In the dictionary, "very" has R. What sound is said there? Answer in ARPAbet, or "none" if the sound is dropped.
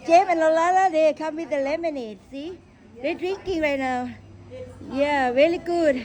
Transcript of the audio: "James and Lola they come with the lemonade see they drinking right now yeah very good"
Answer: L